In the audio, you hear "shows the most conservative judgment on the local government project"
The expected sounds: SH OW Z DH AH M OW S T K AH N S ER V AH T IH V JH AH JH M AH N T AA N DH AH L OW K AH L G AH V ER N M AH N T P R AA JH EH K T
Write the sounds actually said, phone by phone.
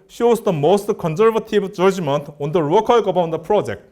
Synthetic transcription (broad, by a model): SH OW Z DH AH M OW S T K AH N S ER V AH T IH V JH AH JH M AH N T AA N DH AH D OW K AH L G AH B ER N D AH P R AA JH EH K T